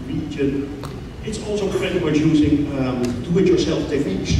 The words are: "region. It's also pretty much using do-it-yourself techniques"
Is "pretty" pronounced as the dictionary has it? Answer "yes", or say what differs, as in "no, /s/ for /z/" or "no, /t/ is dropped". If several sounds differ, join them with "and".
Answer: no, /f/ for /p/